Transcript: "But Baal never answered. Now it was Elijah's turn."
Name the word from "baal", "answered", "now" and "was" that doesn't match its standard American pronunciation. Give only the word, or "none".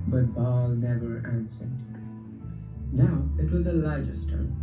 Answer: none